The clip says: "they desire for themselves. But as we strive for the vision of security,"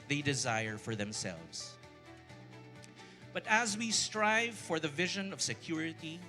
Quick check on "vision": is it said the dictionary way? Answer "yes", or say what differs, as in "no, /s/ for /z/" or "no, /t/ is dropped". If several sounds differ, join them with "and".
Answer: yes